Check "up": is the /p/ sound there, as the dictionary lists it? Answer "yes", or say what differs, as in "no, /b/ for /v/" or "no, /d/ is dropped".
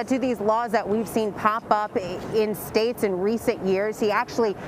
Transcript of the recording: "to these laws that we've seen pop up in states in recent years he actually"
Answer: yes